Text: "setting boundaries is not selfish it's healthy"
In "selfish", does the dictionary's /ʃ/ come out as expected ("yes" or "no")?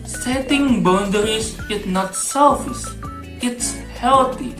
no